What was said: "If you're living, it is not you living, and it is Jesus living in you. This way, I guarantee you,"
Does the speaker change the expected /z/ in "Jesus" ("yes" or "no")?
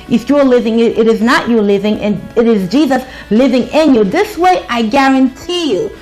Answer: no